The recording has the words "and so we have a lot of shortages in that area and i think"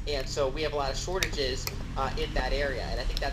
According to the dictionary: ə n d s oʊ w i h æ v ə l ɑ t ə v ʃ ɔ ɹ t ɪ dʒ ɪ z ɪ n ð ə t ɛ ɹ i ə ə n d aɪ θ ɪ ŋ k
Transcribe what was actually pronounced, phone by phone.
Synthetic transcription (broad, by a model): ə n s oʊ w i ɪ v ə l ɑ t ə v ʃ ɔ ɹ t ɪ dʒ ɪ z ɪ n ð ə t ɛ ɹ i ə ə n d aɪ θ ɪ ŋ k